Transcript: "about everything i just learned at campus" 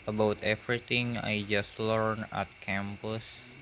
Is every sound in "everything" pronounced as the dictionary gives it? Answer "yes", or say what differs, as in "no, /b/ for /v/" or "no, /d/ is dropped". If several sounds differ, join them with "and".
no, /t/ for /θ/